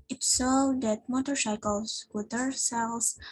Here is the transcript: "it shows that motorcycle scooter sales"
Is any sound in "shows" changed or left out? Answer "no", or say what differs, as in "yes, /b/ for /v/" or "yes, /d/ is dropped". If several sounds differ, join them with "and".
yes, /s/ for /ʃ/